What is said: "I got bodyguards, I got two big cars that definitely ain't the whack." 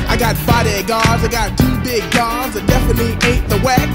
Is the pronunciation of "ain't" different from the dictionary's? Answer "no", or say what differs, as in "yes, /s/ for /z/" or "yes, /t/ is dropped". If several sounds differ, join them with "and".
yes, /n/ is dropped